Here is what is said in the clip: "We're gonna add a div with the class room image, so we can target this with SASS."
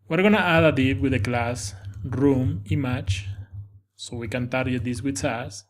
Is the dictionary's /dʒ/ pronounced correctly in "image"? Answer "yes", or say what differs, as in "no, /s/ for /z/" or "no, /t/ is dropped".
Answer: no, /tʃ/ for /dʒ/